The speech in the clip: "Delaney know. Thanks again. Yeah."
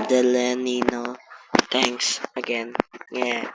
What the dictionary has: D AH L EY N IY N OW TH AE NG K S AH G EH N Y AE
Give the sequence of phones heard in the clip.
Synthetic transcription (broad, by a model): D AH L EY N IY N OW T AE NG K S AH G EH N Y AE